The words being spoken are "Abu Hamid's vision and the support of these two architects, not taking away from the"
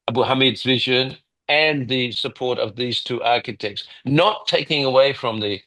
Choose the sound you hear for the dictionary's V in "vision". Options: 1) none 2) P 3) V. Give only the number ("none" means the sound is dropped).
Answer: 3